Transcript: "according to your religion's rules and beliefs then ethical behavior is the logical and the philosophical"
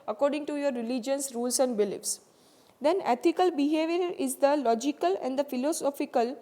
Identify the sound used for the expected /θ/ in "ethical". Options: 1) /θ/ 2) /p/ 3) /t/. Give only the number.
3